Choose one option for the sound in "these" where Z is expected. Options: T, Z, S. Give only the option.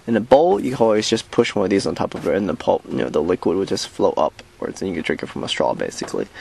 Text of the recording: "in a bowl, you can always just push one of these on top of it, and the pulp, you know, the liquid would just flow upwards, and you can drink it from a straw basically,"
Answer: Z